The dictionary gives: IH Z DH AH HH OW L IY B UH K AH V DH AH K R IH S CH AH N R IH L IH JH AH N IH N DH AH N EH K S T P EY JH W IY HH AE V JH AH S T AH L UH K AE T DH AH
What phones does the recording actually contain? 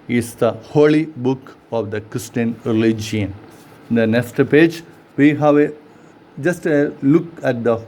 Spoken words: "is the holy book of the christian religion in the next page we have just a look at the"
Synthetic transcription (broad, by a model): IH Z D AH HH OW L IY B UH K AH V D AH K R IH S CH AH N R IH L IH JH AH IH N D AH N EH K S T P EY JH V IY HH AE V JH AH S T AH L UH K AE T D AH